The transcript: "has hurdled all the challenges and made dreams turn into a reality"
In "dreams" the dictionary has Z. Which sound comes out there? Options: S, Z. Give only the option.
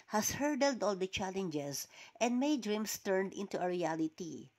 S